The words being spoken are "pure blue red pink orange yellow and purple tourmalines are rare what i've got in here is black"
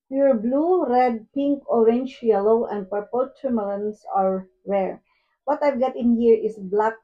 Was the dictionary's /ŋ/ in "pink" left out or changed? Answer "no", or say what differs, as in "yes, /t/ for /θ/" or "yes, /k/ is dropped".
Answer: no